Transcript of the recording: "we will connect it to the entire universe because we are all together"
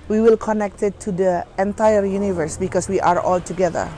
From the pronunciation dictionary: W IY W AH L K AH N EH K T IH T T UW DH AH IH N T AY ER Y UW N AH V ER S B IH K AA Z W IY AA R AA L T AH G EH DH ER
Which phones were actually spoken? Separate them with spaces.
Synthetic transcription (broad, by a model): W IY W AH L K AH N EH K T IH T T UW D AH IH N T AY ER Y UW N AH V ER S B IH K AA S W IY AA R AA L T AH G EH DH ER